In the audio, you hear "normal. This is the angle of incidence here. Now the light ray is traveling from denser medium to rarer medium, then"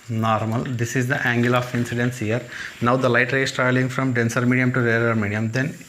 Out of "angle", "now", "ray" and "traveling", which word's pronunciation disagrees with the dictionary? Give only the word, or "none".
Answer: traveling